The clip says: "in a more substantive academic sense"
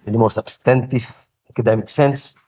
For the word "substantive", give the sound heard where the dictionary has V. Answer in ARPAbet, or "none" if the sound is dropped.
F